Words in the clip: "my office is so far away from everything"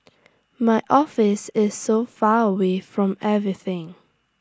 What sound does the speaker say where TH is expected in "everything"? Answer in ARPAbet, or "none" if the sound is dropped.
TH